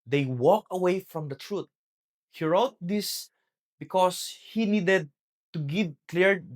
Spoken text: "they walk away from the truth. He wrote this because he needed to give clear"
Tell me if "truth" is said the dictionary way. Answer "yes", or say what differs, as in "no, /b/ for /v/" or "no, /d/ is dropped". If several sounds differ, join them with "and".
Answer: no, /t/ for /θ/